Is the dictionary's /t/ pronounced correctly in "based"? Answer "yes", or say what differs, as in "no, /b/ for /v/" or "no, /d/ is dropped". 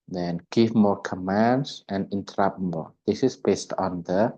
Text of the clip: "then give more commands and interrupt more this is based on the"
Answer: yes